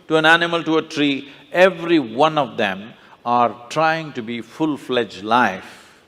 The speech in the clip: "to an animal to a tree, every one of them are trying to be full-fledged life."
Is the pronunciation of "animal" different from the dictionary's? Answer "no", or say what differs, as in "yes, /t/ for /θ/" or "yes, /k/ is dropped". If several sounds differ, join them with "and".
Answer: no